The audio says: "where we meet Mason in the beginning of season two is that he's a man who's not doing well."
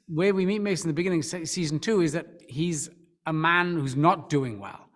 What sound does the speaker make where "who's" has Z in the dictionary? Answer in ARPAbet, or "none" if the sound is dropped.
Z